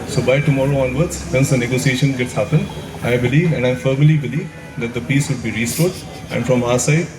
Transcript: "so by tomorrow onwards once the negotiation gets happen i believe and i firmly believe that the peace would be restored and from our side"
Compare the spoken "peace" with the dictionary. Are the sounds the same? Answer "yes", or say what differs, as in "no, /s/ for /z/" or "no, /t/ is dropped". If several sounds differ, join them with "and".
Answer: yes